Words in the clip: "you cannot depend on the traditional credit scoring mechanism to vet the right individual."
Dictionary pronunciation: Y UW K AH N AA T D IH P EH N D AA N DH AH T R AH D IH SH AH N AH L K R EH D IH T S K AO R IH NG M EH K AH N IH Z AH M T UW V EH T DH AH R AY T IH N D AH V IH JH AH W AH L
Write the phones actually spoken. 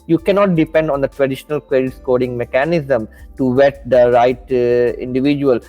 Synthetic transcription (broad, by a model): Y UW K AH N AA T D IH P EH N D AA N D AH T R AH D IH SH AH N AH L K W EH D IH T S K AO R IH NG M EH K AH N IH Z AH M T UW V EH T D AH R AY T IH N D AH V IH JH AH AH L